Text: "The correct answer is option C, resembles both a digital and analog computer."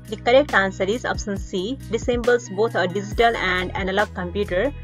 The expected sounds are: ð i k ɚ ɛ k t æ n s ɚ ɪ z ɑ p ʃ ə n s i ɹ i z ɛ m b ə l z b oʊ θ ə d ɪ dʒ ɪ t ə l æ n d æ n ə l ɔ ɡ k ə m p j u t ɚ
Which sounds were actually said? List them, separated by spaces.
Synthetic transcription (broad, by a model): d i k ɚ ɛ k t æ n s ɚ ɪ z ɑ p s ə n s i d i s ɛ m b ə l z b oʊ t ə d ɪ dʒ ɪ t ə l æ n d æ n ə l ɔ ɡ k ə m p j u t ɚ